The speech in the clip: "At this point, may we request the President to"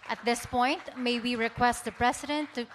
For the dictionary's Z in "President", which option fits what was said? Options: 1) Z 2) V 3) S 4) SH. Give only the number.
3